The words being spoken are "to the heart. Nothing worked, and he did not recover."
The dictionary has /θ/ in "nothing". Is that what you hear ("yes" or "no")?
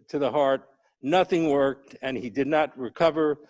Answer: yes